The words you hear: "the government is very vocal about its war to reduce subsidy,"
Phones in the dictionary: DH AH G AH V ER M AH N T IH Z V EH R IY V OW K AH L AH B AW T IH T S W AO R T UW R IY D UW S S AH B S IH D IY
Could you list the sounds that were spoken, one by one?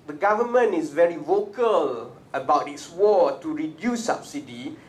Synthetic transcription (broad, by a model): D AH G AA V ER M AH N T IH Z V EH R IY V OW K AH L AH B AW T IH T S W AO T UW R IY D UW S S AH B S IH D IY